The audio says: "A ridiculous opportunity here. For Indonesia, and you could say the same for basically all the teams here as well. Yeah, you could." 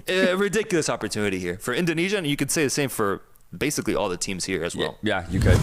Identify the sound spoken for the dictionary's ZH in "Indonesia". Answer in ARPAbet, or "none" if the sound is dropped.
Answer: ZH